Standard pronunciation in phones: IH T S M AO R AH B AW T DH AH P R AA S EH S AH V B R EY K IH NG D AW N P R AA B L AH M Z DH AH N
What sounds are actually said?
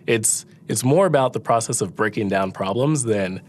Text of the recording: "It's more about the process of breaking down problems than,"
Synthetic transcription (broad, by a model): IH T S M AO R AH B AW T DH AH P R AA S EH S AH V B R EY K IH NG D AW N P R AA B L AH M Z DH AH N